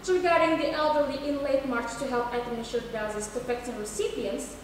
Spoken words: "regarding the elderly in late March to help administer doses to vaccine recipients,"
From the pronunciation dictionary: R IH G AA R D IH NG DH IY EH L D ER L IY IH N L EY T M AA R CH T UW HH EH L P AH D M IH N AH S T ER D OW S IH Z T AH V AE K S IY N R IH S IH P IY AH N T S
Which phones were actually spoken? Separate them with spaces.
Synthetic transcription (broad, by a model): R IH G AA R D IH NG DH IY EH L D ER L IY IH N L EY T M AA R CH T UW HH EH L P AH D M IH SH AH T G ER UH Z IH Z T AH F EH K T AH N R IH S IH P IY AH N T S